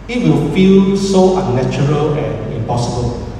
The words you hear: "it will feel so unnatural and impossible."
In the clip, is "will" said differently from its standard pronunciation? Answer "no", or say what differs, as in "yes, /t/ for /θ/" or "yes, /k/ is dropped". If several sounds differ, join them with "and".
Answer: no